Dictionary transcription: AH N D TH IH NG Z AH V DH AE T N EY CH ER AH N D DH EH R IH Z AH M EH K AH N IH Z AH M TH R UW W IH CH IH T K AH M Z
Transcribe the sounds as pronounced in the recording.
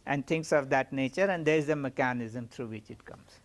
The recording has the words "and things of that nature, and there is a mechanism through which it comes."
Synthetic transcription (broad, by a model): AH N D T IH NG S AH V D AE T N EY CH ER AH N D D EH R IH Z AH M EH K AH N IH Z AH M T R UW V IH CH IH T K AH M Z